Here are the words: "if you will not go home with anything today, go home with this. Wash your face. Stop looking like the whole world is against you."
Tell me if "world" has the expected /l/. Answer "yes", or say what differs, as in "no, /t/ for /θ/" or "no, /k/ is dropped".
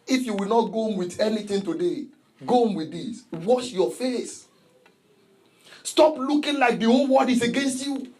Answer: no, /l/ is dropped